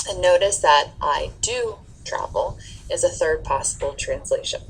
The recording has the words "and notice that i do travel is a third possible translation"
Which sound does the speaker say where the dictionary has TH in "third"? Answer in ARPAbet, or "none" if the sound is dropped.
TH